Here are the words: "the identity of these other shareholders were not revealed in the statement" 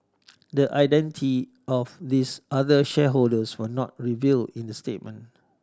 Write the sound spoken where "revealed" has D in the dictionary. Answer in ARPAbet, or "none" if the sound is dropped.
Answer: none